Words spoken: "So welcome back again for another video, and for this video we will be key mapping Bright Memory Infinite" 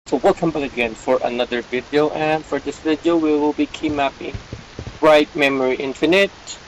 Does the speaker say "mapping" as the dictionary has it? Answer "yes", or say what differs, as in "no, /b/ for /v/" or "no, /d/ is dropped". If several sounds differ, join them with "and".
yes